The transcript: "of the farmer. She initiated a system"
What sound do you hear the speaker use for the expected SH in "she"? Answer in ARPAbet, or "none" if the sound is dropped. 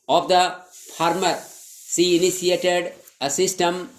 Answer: S